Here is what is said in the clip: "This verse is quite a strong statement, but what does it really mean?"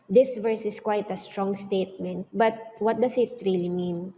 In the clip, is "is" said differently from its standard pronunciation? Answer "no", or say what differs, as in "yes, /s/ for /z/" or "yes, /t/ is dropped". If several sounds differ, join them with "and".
yes, /s/ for /z/